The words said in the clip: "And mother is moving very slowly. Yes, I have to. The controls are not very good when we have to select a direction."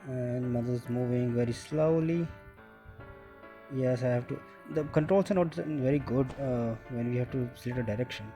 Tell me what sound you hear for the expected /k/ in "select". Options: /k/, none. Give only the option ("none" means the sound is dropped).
none